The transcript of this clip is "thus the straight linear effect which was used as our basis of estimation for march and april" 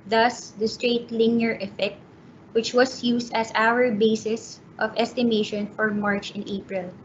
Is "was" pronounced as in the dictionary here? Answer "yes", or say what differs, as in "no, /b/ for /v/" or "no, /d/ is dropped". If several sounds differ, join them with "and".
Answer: no, /s/ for /z/